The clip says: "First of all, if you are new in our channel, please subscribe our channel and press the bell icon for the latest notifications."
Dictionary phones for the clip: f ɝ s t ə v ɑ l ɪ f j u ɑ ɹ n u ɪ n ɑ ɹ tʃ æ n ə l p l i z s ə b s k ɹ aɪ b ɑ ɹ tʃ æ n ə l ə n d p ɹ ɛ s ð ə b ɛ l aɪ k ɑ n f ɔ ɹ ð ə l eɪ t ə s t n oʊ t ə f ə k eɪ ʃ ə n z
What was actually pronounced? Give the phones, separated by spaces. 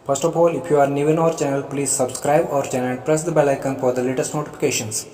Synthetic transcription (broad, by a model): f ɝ s t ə f ɑ l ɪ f j u ɑ ɹ n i ɪ n ɑ ɹ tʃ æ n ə l p l i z s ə b s k ɹ aɪ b ɑ ɹ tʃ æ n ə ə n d p ɹ ɛ s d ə b ɛ l aɪ k ɑ n f ɔ ɹ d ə l eɪ t ə s t n oʊ t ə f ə k eɪ ʃ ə n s